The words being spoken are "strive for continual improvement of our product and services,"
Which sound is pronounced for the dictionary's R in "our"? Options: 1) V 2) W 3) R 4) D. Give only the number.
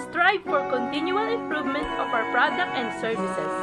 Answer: 2